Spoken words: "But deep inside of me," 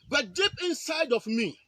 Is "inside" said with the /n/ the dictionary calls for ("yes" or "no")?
yes